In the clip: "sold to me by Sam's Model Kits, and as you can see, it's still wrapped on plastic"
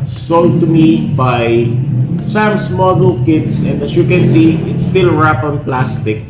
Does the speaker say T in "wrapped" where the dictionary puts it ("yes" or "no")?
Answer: no